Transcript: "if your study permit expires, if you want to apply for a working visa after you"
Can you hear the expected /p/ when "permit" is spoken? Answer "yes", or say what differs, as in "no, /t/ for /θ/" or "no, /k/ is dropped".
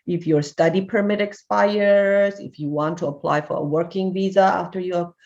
yes